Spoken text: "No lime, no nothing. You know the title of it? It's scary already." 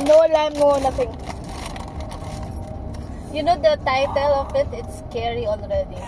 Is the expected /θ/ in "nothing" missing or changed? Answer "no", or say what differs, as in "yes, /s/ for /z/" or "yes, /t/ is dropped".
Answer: yes, /t/ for /θ/